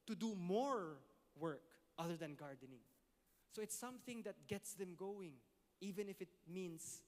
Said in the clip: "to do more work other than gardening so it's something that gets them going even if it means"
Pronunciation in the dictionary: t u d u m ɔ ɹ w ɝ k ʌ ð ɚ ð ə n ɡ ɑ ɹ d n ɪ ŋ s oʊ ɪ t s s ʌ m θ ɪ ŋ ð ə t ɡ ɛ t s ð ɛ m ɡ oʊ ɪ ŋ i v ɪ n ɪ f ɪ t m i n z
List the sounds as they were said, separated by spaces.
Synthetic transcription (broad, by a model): t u d u m ɔ ɹ w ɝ k ʌ ð ɚ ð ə n ɡ ɑ ɹ d n ɪ ŋ s oʊ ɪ t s s ʌ m θ ɪ ŋ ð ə t ɡ ɛ t s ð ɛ m ɡ oʊ ɪ ŋ i v ɪ n ɪ f ɪ t m i n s